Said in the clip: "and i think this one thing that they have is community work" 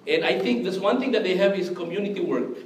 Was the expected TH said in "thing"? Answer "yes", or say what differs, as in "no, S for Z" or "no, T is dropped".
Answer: no, T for TH